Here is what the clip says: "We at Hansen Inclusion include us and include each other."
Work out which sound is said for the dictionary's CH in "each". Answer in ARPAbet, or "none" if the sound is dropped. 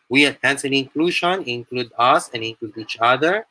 CH